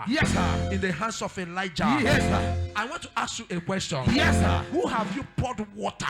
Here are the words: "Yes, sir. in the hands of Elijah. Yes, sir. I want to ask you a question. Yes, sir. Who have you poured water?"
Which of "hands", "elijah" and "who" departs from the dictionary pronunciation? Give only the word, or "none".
hands